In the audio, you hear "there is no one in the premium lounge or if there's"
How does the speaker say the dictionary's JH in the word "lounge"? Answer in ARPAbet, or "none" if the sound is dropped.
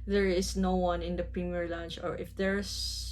CH